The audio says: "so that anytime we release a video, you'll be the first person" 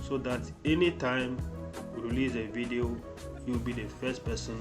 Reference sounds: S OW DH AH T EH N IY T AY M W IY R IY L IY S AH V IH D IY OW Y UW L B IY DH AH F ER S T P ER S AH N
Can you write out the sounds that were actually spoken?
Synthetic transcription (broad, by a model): S OW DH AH T EH N IY T AY M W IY R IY L IY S AH V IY D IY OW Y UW W B IY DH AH F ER S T P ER S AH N